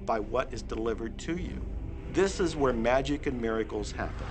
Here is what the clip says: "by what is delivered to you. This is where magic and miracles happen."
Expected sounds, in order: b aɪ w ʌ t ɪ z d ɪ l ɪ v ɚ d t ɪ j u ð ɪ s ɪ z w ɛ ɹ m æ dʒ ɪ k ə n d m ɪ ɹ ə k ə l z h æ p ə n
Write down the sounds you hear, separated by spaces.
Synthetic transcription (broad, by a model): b aɪ w ʌ t ɪ z d ɪ l ɪ v ɚ d t ɪ j u ð ɪ s ɪ z w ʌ ɹ m æ dʒ ɪ k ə n m ɪ ɹ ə k l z h æ p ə n